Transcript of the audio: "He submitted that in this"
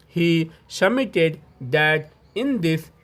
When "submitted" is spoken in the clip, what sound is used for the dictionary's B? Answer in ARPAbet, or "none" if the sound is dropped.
none